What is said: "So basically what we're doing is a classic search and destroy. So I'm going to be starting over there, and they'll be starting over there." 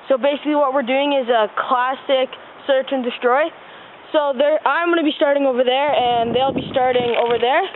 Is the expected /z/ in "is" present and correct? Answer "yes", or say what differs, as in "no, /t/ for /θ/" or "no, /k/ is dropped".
yes